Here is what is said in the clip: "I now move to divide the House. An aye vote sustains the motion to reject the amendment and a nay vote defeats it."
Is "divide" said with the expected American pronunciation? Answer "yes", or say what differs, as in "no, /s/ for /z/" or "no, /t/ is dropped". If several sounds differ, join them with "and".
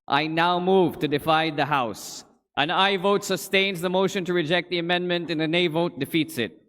no, /f/ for /v/